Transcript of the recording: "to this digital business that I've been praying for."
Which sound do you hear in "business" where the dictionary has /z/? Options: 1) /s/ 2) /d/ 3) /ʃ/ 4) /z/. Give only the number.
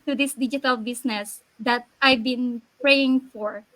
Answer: 1